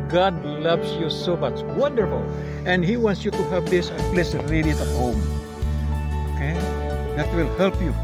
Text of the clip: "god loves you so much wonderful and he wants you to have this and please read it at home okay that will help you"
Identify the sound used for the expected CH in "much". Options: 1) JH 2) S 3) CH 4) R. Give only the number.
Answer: 2